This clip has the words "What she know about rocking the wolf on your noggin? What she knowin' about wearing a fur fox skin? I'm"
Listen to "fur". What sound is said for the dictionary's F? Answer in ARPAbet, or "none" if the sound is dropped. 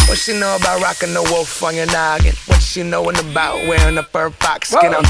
P